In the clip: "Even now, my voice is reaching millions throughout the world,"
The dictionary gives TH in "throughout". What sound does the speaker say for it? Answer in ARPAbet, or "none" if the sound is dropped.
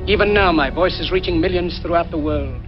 TH